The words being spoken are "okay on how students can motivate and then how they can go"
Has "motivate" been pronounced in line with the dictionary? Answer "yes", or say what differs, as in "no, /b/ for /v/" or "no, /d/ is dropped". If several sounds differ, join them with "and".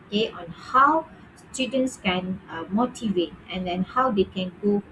yes